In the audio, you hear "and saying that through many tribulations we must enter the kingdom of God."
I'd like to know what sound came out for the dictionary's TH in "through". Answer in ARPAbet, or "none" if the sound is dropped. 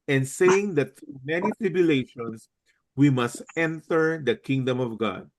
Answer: T